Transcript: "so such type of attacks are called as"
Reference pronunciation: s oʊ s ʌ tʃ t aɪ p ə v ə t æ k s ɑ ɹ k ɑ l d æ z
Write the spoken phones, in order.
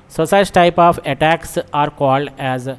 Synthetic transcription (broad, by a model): s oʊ s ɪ s t aɪ p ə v ə t æ k s ɑ ɹ k ɑ l d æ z